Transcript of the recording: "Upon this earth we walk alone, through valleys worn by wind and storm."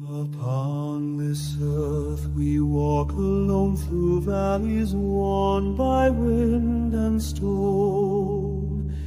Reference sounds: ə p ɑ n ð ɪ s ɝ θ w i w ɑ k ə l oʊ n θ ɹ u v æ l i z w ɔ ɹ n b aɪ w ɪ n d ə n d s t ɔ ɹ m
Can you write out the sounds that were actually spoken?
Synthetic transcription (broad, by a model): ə p ɑ n ð ɪ s ɝ θ w i w ɑ k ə l oʊ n θ ɹ u v æ l i z w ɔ n b aɪ w ɪ n d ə n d s t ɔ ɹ